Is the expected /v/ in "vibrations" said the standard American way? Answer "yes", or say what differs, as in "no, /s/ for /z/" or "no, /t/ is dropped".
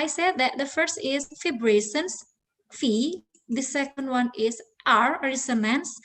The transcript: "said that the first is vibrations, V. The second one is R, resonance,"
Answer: no, /f/ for /v/